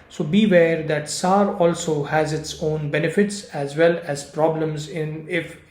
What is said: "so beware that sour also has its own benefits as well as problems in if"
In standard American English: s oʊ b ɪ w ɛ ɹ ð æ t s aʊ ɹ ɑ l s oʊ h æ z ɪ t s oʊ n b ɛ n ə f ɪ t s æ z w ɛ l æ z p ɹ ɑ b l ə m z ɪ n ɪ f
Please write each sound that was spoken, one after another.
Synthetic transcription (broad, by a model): s oʊ b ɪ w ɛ ɹ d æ t s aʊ ɹ ɑ l s oʊ h æ z ɪ t s oʊ n b ɛ n ə f ɪ t s æ z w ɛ l æ z p ɹ ɑ b l ə m z ɪ n ɪ f